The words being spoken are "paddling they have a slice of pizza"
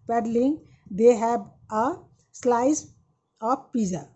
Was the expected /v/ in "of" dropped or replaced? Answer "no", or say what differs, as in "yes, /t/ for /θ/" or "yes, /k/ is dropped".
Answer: yes, /p/ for /v/